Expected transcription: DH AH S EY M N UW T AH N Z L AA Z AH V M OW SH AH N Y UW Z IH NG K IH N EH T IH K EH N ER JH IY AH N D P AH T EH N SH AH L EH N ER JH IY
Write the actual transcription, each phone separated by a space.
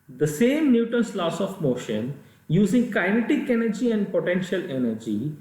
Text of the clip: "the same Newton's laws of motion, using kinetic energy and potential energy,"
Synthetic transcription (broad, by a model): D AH S EY M N UW T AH N S L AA S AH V M OW SH AH N Y UW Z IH NG K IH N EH T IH K EH N ER JH IY AH N D P AH T EH N SH AH L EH N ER JH IY